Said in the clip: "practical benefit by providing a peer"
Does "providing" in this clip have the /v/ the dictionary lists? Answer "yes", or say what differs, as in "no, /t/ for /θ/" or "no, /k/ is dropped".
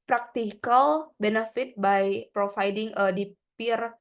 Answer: no, /f/ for /v/